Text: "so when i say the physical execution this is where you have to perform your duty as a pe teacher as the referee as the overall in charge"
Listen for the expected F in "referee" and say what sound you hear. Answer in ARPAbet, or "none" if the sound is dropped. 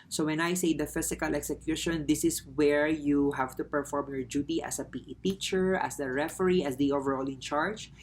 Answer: F